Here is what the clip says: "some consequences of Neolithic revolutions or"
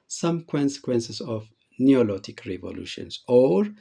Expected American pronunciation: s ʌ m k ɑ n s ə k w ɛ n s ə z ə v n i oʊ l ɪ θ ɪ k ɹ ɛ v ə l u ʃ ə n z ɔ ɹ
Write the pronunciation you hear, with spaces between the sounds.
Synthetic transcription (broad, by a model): s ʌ m k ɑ n s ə k w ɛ n s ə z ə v n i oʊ l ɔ t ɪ k ɹ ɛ v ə l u ʃ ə n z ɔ ɹ